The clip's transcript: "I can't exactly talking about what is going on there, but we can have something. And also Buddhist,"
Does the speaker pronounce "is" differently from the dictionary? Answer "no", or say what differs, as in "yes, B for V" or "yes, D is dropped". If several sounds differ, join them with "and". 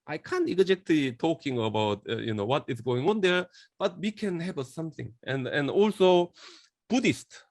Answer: yes, S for Z